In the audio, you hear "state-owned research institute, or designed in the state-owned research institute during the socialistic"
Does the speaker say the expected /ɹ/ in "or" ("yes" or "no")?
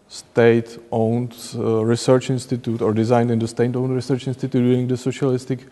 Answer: yes